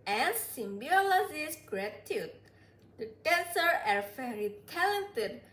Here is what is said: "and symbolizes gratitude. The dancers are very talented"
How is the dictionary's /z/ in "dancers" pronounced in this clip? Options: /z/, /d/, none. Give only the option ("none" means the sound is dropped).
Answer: none